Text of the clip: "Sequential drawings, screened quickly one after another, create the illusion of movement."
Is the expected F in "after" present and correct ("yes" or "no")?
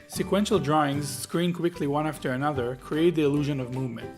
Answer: yes